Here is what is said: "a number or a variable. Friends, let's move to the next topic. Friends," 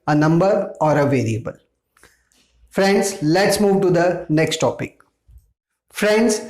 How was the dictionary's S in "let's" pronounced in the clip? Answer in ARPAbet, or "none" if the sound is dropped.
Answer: S